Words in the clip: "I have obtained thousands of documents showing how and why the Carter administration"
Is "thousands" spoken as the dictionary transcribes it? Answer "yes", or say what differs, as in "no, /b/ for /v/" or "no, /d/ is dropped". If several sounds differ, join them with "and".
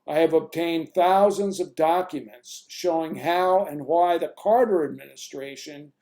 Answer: yes